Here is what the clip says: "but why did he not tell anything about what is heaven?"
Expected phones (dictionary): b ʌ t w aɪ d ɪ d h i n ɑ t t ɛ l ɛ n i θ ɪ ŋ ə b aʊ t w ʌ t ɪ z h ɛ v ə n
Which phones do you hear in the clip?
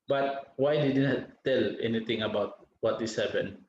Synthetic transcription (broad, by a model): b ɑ t w aɪ d ɪ d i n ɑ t t ɛ l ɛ n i t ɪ ŋ ə b aʊ t w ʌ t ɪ s h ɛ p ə n